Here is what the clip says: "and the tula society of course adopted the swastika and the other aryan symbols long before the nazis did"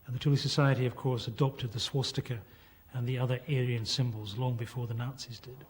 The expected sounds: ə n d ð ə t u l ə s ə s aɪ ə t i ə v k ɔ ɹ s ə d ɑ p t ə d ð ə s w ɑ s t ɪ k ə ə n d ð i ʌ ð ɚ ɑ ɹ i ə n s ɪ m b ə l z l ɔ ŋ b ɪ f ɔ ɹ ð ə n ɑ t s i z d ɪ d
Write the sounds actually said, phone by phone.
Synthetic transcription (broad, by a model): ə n ð ə t u l ə s ə s aɪ ə t i ə v k ɔ ɹ s ə d ɑ p t ə d ð ə s w ɑ s t ɪ k ə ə n ð i ʌ ð ɚ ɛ ɹ i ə n s ɪ m b ə l z l ɔ ŋ b ɪ f ɔ ɹ ð ə n ɑ t s i z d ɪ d